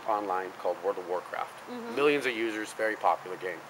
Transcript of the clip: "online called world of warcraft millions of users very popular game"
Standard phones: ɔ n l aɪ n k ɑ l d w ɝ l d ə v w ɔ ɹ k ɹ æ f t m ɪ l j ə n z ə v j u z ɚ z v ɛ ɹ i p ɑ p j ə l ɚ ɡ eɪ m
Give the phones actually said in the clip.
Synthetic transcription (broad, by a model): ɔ n l aɪ n k ɑ l d w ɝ d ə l w ɔ ɹ k ɹ æ f t m ɪ l j ə n z ə v j u z ɚ z v ɛ ɹ i p ɑ p j l ɚ ɡ eɪ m